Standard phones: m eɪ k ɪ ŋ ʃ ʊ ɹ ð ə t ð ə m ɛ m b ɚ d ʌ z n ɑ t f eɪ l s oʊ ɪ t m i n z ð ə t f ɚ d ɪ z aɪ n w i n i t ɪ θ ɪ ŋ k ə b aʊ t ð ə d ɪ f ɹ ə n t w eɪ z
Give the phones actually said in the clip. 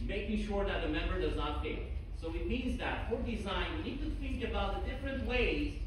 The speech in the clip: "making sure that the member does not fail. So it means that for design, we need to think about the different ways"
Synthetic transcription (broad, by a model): m eɪ k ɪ ʃ ʊ ɹ ð ə t ð ə m ɛ m b ɚ d ʌ z n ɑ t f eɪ s oʊ ɪ t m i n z ð ə t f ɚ d ɪ z aɪ n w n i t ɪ θ ɪ ŋ k ə b aʊ t ð ə d ɪ f ɹ ə n t w eɪ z